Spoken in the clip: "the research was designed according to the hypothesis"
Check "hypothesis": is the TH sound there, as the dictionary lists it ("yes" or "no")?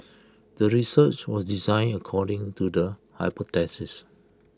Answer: no